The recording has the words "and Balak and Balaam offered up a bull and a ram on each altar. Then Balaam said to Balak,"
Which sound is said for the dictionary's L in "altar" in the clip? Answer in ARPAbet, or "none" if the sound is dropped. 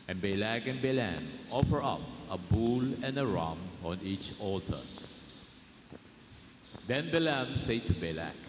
none